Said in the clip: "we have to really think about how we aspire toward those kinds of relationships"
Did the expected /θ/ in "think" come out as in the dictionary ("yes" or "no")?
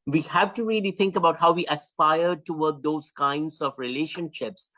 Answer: no